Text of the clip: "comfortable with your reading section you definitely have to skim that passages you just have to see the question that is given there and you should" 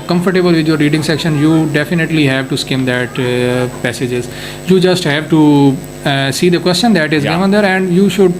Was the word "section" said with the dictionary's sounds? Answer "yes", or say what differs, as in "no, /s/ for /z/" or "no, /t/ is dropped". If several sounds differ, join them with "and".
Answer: yes